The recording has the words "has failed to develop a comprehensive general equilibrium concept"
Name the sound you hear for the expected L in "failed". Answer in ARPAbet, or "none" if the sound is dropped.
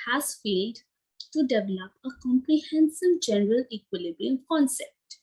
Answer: L